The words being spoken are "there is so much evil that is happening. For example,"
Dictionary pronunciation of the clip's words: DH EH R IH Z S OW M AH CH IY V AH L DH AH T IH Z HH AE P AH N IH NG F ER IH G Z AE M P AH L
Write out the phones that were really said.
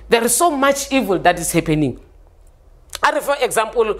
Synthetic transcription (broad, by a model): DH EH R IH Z S OW M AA CH IY V AH L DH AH T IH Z HH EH P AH N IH NG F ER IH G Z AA M P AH L